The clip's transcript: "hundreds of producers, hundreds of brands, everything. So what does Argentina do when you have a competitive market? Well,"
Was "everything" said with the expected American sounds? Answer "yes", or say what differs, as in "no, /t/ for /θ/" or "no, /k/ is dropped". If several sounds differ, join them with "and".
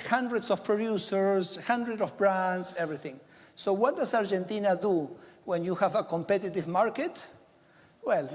yes